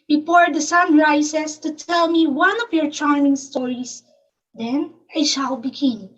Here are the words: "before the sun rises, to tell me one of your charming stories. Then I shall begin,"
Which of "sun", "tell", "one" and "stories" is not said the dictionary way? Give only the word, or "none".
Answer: stories